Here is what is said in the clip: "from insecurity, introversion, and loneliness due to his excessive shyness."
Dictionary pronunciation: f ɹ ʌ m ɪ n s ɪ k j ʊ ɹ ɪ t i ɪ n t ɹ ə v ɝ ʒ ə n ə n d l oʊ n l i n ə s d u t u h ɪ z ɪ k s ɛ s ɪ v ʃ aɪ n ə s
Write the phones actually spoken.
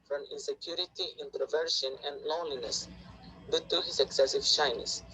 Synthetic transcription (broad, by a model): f ɹ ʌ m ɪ n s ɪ k j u ɹ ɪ t i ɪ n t ɹ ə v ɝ ʃ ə n ə n d l oʊ n l i n ə s d u t u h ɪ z ɪ k s ɛ s ɪ v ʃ aɪ n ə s